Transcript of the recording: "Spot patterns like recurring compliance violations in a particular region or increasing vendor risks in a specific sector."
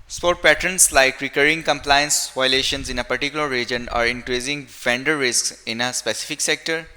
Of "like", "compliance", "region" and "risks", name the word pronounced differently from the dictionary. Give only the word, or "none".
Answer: none